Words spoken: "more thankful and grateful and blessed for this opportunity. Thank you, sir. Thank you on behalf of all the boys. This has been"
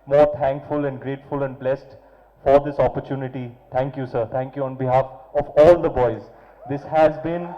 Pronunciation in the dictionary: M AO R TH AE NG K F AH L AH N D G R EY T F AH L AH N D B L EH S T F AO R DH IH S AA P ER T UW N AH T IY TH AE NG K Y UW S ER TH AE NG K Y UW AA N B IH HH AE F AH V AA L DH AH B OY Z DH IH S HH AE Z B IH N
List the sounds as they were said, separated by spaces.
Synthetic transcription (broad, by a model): M AO R T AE NG K F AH L AH N D G R EY T F AH L AH N D B L EH S T F AO R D IH S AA P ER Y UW N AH T IY T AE NG K Y UW S ER T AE NG K Y UW AA N B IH HH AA F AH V AA L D AH B OY Z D IH S HH AE Z B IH N